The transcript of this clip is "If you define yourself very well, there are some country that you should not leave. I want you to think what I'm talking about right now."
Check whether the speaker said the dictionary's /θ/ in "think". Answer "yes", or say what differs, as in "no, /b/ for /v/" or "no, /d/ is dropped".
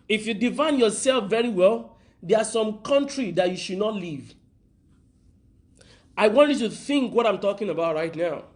yes